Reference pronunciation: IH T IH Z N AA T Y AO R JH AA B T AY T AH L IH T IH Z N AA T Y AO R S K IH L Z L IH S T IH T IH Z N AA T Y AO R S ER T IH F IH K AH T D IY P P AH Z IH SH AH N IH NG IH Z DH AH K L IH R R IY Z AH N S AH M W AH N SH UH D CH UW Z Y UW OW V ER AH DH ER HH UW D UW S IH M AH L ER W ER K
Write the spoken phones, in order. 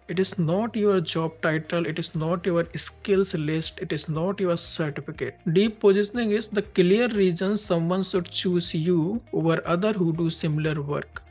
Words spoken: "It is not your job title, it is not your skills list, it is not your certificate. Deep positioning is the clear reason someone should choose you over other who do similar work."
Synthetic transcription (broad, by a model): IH T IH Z N AA T Y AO R JH AA B T AY T AH L IH T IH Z N AA T Y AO R S K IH L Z L IH S T IH T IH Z N AA T Y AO R S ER T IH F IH K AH T D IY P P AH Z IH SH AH N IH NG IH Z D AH K L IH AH R IY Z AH N S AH M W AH N S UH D CH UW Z Y UW OW V ER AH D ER HH UW D UW S IH M AH L ER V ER K